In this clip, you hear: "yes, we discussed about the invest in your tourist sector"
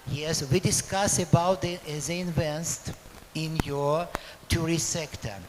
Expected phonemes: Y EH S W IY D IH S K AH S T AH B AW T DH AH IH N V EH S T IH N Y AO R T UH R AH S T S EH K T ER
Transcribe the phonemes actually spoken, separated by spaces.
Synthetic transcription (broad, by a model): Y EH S W IY D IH S K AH S AH B AW T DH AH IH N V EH S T IH N Y AO R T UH R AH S S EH K T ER